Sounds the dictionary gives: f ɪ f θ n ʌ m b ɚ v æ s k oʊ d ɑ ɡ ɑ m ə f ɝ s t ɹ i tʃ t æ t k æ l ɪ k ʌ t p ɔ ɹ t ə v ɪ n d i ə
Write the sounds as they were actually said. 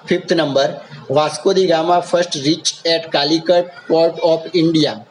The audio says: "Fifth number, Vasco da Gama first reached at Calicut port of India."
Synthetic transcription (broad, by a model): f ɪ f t n ʌ m b ɚ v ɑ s k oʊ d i ɡ ɑ m ə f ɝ s t ɹ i tʃ ɛ t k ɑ l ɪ k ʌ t p ɔ ɹ t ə p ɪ n d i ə